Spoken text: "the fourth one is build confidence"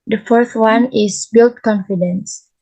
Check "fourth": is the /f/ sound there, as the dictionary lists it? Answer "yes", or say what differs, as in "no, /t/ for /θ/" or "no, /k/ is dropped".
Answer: yes